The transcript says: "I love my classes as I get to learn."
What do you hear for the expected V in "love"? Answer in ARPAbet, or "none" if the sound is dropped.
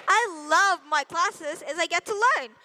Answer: V